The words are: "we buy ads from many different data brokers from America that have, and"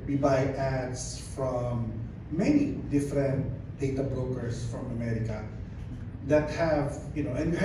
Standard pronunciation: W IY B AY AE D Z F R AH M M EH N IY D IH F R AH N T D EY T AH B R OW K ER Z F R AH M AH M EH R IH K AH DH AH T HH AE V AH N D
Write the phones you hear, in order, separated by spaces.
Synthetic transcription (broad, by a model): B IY B AY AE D S F R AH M M EH N IY D IH F R AH N T D EY T AH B R OW K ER S F R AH M AH M EH R IH K AH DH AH T HH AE V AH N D